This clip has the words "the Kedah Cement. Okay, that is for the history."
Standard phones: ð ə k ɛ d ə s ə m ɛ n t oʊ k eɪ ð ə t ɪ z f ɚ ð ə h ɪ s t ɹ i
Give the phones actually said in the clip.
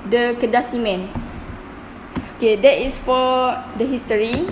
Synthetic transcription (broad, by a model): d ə k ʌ d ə s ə m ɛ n oʊ k eɪ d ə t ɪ s f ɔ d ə h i s t ɹ i